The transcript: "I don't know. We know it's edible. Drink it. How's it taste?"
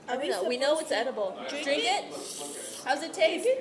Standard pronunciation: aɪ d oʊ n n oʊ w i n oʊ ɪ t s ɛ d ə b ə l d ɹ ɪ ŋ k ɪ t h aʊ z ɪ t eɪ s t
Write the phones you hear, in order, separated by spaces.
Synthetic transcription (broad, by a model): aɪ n n oʊ w i n oʊ ɪ t s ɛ d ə b l d ɹ ɪ ŋ k ɪ t h aʊ z ɪ t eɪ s